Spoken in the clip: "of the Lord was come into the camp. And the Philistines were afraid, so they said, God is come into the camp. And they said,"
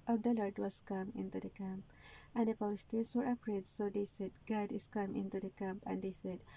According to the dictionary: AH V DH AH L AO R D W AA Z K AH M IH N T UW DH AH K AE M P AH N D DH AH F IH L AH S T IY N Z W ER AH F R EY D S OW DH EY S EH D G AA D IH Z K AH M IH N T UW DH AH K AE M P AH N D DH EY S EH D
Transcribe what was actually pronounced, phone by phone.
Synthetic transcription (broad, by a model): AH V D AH L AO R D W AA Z K AH M IH N T UW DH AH K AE M P AH N D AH P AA L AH S T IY N S W ER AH P R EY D S OW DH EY S EH D G AA D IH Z K AH M IH N T UW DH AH K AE M P AH N D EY S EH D